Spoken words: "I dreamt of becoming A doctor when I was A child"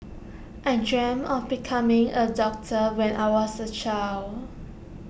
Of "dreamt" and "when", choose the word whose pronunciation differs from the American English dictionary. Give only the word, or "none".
dreamt